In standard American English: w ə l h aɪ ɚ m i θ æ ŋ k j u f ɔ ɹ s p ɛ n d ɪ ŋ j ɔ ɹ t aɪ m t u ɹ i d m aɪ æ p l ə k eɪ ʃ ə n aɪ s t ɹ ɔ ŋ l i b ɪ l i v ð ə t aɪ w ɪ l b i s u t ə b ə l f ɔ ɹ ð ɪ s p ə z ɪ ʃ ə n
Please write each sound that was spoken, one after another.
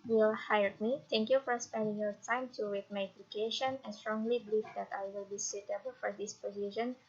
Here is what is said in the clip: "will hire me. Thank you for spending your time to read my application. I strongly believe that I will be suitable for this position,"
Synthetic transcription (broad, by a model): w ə l h aɪ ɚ m i t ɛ ŋ k j u f ɔ ɹ s p ɛ n d ɪ ŋ j ɔ ɹ t aɪ m t u w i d m aɪ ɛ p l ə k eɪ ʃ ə n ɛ s t ɹ ɔ ŋ l i b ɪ l i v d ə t aɪ w ɪ l b i s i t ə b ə l f ɔ ɹ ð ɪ s p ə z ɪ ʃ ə n